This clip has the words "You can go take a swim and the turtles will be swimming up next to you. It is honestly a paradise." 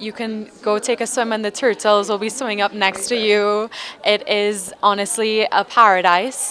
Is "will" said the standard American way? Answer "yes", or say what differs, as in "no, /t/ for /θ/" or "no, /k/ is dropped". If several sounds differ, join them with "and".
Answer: yes